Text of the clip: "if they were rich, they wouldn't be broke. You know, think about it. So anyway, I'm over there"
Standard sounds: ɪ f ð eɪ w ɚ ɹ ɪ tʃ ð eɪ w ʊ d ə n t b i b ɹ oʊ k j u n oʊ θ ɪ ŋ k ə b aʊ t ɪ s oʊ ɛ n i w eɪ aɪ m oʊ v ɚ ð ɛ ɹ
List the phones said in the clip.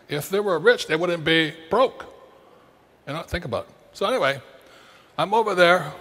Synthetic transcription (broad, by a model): ɪ f ð eɪ w ɚ ɹ ɪ tʃ ð eɪ w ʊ d n b i b ɹ oʊ k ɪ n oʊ θ ɪ ŋ k ə b aʊ t s oʊ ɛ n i w eɪ aɪ m oʊ v ɚ ð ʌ ɹ